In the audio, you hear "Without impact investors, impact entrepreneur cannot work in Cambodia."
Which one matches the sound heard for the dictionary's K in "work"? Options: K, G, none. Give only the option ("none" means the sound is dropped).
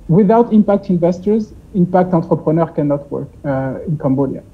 K